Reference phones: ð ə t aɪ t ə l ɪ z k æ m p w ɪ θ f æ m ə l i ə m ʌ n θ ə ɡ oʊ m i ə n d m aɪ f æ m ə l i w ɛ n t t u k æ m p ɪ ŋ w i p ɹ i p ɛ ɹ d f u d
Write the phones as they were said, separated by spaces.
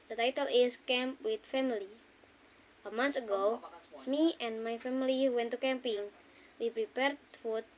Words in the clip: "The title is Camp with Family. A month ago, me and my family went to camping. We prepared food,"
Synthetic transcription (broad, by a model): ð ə t aɪ t ə l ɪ s k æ m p w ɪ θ f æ m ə l i ə m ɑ n s ə ɡ oʊ m i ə n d m aɪ f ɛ m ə l i w ɛ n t t u k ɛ m p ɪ ŋ w i p ɹ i p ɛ ɹ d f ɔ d